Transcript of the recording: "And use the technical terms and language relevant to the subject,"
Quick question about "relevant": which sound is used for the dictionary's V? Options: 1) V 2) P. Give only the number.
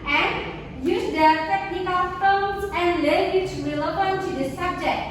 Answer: 2